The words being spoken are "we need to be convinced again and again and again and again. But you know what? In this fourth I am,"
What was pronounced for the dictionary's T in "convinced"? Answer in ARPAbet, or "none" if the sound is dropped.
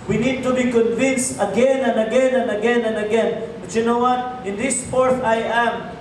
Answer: T